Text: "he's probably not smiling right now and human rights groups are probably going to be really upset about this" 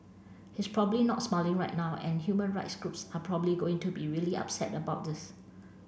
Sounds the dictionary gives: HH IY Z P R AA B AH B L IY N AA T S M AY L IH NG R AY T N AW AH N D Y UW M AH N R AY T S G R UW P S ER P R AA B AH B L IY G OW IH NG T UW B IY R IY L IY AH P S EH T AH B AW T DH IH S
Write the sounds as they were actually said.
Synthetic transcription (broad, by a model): HH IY S P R AA B AH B L IY N AA T S M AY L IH NG R AY T N AW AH N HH Y UW M AH N R AY T S G R UW P S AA P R AA B AH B L IY G OW IH NG T UW B IY R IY L IY AH P S EH T AH B AW T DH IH S